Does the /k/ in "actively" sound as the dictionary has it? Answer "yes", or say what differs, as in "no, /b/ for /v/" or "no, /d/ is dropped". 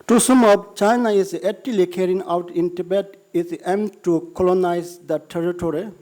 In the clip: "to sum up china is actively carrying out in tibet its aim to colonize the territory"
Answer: no, /k/ is dropped